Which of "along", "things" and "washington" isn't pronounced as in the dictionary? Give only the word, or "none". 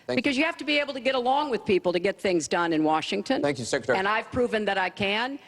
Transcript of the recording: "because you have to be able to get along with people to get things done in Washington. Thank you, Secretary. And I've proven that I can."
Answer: none